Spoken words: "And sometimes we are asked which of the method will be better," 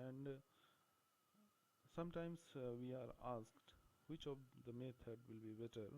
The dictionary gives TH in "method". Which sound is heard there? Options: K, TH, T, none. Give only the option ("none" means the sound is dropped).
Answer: T